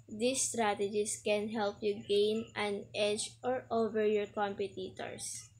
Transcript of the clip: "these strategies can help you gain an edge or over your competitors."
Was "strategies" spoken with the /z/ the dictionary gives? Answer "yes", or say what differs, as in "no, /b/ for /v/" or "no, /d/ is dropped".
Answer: no, /s/ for /z/